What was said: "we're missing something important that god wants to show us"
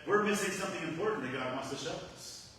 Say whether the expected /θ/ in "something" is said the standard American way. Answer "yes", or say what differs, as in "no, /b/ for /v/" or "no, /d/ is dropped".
yes